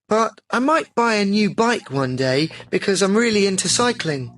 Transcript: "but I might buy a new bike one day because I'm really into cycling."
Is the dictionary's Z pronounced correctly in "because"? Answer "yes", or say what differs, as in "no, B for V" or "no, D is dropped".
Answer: yes